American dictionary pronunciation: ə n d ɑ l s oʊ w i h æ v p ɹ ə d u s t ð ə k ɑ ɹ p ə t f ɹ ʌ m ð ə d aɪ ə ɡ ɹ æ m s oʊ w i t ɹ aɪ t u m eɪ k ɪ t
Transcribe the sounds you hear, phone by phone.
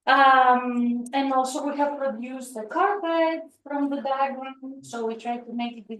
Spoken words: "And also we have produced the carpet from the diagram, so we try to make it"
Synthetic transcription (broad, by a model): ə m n ɑ l s oʊ w i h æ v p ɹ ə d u s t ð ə k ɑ ɹ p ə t f ɹ ʌ m ð ə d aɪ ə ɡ ɪ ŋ s oʊ w i t ɹ aɪ t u m eɪ k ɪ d